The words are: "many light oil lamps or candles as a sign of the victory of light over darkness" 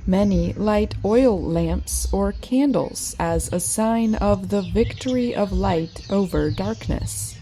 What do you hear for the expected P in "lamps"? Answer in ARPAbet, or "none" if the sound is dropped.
P